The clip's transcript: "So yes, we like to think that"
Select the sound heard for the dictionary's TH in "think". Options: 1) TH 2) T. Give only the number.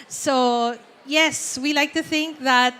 1